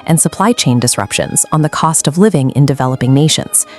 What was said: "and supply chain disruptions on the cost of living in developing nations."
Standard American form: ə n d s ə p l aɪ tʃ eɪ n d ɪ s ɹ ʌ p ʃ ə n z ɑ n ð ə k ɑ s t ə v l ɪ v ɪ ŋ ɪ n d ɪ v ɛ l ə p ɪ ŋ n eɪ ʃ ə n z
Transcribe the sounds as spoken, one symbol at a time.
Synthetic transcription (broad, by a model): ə n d s ə p l aɪ tʃ eɪ n d ɪ s ɹ ʌ p ʃ ə n z n ð ə k ɑ s t ə v l ɪ v ɪ ŋ ɪ n d ɪ v ɛ l ə p ɪ ŋ n eɪ ʃ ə n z